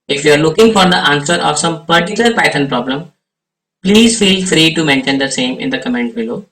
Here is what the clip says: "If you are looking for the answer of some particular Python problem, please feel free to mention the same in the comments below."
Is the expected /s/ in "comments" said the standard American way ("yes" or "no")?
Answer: no